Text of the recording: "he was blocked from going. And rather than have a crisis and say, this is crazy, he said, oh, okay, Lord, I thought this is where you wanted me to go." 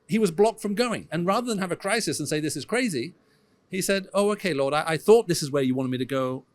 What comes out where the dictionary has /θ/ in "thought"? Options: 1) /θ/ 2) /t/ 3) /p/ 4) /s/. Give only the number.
1